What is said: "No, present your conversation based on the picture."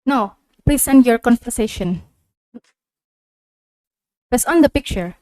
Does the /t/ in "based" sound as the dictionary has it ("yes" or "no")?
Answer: no